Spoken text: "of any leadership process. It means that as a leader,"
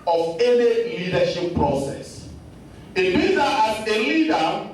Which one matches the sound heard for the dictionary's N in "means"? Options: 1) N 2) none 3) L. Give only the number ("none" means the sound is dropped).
2